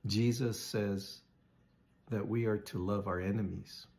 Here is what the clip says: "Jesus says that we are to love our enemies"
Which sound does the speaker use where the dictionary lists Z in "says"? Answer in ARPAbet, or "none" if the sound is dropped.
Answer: Z